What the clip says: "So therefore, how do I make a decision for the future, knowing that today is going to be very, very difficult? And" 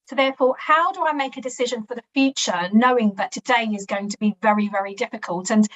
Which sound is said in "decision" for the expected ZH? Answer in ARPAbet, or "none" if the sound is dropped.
ZH